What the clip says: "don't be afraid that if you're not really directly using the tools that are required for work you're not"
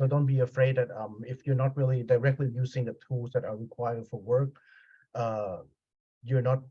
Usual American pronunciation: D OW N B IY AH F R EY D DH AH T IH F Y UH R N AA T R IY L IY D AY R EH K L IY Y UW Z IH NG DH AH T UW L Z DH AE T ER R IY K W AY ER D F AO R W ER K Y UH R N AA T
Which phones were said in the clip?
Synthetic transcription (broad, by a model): D OW N B IY AH F R EY D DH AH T IH F Y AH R N AA T R IY L IY D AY R EH K L IY Y UW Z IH NG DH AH T UW L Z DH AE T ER R IY K W AY ER D F AO R W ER K Y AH R N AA T